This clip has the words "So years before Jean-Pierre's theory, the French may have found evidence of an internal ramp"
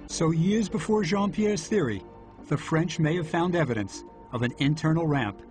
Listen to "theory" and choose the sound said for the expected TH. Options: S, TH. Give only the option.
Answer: TH